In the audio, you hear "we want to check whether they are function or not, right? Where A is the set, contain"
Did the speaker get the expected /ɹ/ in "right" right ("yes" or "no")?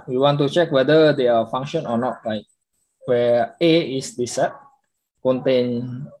no